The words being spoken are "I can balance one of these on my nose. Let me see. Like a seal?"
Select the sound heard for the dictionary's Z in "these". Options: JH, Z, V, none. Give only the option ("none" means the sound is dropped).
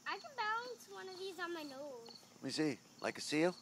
Z